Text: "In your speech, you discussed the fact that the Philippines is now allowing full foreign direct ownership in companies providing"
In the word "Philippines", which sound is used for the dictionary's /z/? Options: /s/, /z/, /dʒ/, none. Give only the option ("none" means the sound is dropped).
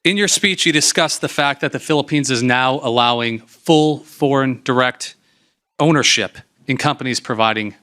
/z/